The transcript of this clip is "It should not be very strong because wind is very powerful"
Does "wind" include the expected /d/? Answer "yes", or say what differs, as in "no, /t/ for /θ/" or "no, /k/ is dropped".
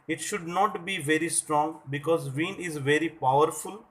no, /d/ is dropped